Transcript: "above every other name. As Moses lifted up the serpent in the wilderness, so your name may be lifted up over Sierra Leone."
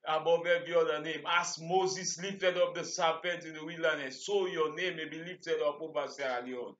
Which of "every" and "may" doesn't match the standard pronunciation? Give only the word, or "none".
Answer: every